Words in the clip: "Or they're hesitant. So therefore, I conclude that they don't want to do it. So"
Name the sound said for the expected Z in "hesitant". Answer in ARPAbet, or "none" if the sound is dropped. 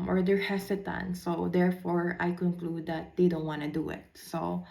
S